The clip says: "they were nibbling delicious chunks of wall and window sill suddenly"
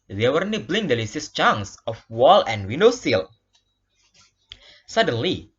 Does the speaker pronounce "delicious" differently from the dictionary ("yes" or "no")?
yes